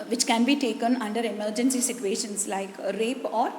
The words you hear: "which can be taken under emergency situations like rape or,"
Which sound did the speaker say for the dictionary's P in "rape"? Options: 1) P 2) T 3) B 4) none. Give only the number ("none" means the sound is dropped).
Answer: 1